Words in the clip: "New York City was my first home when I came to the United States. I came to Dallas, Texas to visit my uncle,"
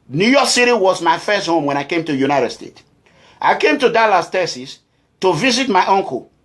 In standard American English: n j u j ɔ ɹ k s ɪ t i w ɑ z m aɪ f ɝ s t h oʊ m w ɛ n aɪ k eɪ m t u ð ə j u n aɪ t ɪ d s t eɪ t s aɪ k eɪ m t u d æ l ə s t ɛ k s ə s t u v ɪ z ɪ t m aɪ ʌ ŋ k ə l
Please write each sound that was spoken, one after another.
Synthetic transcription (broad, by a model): n j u j ɔ k s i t i w ɑ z m aɪ f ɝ s t h oʊ m w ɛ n aɪ k eɪ m t u j u n aɪ t ɪ d s t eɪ t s aɪ k eɪ m t u d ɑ l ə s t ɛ s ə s t u v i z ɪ t m aɪ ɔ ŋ k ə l